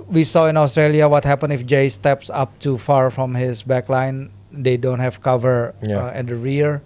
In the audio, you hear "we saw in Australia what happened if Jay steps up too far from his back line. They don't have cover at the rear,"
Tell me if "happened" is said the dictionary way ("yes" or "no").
no